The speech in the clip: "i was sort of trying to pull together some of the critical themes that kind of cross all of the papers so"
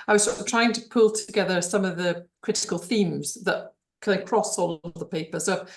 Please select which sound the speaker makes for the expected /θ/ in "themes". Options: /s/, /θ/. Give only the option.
/θ/